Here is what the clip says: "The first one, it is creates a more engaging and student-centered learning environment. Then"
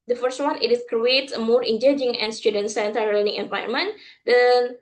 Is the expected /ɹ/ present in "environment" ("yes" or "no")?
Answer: no